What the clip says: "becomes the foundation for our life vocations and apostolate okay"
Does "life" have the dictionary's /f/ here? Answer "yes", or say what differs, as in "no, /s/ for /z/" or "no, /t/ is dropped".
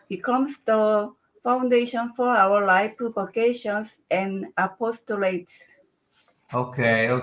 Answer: no, /p/ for /f/